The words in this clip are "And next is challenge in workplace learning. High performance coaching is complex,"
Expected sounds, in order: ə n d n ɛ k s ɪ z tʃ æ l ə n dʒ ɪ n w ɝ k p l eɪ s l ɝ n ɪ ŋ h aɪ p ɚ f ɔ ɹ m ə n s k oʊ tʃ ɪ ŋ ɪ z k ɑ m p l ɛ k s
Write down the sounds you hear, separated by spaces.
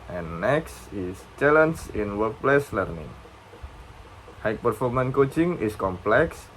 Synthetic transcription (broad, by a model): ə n n ɛ k s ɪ s tʃ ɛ l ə n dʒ ɪ n w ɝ k p l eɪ s l ɝ n ɪ ŋ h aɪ p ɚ f ɔ ɹ m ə n k oʊ tʃ ɪ ŋ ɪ s k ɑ m p l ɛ k s